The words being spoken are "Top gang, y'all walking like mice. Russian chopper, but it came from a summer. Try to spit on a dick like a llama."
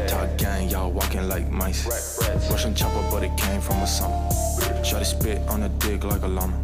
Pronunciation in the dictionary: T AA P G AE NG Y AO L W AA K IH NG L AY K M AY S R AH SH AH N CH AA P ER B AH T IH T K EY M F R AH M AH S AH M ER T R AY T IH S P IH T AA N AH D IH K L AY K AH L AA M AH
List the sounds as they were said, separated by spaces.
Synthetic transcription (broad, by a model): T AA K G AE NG Y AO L W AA K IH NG L AY K M AY S W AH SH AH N CH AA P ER B AH T IH T K EY M F R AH M AH S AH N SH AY T IH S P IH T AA N AH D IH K L AY K AH L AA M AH